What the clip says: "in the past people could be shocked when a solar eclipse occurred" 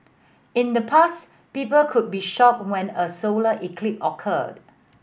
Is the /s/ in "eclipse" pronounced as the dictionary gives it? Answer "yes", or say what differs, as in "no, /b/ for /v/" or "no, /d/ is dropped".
no, /s/ is dropped